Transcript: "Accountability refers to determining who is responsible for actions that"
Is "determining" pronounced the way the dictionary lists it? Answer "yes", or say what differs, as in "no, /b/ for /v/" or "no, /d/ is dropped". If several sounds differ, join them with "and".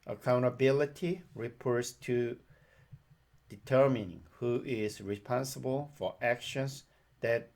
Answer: yes